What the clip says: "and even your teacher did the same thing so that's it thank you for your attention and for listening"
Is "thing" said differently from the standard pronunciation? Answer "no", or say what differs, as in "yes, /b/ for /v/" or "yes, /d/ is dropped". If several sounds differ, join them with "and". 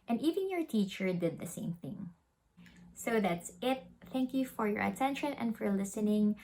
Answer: no